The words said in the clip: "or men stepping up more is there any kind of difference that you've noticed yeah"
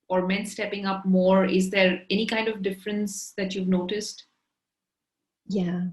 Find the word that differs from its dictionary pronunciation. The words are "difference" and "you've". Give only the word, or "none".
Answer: none